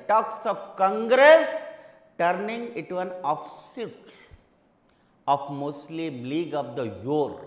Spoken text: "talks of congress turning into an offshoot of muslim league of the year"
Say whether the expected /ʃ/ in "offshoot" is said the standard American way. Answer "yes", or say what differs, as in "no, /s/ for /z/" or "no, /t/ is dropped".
no, /s/ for /ʃ/